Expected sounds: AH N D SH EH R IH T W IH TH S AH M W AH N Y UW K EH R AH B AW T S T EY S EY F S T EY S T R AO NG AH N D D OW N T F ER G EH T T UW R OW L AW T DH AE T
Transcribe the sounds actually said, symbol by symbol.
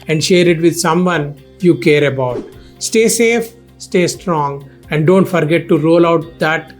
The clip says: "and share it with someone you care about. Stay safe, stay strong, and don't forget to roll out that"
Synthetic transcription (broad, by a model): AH N D SH EH R IH T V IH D S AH M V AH N Y UW K EH R AH B AW T S T EY S EY F S T EY S T R AO NG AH N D D OW N T F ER G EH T T UW R OW L AW T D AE T